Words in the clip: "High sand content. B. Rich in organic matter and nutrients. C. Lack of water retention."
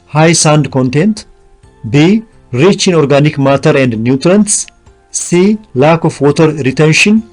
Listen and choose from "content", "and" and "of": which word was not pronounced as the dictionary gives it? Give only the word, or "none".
of